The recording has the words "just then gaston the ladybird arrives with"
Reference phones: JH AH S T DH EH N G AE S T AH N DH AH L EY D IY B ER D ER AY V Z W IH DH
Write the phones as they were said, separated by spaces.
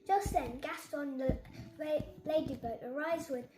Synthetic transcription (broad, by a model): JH AH S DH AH N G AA S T N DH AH L EY D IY B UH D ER AY Z W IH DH